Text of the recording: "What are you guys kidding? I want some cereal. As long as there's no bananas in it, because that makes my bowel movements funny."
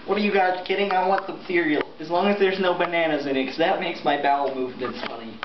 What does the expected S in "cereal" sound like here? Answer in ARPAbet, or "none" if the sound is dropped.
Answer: TH